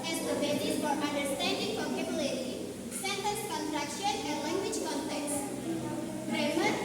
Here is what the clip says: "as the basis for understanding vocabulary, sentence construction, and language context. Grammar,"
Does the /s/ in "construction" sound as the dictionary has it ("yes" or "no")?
no